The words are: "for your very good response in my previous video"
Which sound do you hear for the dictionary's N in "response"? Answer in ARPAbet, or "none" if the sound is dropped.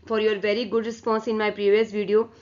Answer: N